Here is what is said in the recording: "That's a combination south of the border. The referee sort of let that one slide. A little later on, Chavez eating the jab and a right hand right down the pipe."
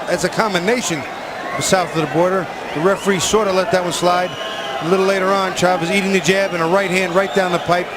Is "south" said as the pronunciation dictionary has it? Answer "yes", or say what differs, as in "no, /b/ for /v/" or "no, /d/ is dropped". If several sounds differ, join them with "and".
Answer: yes